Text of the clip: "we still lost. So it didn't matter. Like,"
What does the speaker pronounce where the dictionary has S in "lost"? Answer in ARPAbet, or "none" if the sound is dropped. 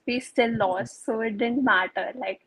S